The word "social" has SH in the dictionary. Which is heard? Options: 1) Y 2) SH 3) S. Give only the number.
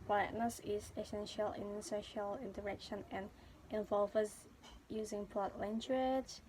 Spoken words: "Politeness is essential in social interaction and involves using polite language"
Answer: 2